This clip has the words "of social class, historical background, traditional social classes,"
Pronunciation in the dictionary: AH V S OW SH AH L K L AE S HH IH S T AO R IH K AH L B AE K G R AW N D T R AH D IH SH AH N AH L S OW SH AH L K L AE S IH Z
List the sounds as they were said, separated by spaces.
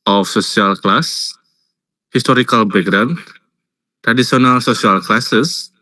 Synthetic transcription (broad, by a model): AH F S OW S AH L K L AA S HH IH S T AO R IH K AH L B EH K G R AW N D T R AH D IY S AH N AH L S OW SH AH L K L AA S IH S